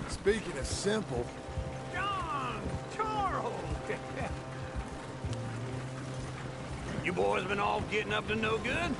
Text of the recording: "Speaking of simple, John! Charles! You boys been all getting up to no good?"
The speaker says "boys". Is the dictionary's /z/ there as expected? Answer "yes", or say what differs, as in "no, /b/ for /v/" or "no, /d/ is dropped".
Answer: yes